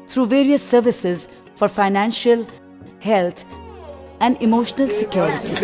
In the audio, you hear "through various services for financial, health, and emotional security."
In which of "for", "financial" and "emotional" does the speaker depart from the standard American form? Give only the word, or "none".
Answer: none